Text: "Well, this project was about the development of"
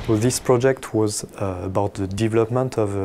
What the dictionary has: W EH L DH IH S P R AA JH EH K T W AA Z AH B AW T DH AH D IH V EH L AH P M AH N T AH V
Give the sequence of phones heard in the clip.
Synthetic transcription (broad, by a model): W DH IH S P R AA JH EH K T W AA Z AH B AW T DH AH D IH V EH L AH P M AH N T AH V